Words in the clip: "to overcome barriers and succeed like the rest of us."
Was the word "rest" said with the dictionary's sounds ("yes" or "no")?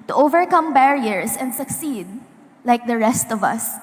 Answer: yes